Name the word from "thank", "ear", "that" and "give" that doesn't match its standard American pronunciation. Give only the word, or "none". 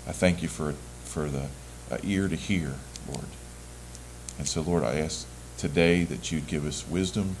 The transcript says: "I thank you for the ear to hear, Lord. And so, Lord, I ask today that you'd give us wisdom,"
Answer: none